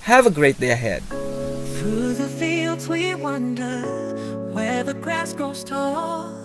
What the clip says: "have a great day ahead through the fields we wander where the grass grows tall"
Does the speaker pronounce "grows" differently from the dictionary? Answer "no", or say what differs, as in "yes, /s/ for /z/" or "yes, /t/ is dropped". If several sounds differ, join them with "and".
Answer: yes, /ɹ/ is dropped